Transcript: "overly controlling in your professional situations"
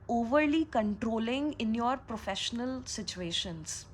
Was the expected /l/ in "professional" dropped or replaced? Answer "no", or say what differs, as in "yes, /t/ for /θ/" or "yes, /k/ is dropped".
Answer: no